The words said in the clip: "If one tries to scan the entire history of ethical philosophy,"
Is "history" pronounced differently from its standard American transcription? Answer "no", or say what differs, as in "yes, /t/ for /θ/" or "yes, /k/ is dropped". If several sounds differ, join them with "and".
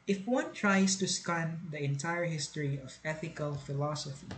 no